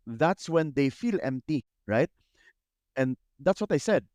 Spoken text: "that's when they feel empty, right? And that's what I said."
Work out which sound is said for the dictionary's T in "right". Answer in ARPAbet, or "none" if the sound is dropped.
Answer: T